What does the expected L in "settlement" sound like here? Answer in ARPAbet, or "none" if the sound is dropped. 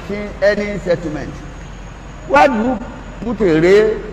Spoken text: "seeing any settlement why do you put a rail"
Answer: none